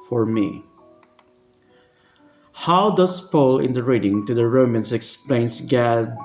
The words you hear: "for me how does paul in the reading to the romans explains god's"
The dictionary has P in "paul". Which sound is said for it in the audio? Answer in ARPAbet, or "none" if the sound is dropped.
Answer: P